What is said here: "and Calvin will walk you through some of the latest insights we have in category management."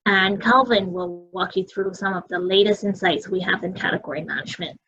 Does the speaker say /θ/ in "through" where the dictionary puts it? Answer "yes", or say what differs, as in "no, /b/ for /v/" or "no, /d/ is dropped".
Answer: yes